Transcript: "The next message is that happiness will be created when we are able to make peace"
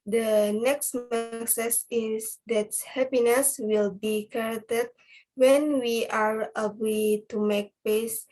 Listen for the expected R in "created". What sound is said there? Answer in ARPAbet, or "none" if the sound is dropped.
none